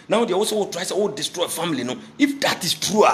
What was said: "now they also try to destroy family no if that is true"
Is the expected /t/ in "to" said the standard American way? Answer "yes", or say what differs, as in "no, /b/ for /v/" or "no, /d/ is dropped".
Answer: no, /s/ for /t/